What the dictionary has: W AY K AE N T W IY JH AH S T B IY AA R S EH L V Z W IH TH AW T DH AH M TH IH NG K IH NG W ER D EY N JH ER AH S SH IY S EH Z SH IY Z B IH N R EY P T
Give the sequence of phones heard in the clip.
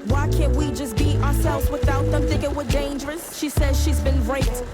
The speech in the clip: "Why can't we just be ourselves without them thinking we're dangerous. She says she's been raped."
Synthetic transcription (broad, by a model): W AY K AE N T W IY JH AH S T B IY AA R S EH L V Z W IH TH AW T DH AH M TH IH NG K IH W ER D EY N JH ER AH S SH IY S EH Z SH IY Z B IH N R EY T